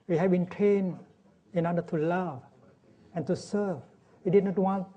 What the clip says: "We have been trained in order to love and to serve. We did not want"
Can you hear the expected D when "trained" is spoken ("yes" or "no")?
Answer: no